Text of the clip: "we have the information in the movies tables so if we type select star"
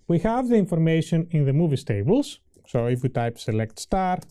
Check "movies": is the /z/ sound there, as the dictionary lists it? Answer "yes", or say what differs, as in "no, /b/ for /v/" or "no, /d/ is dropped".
no, /s/ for /z/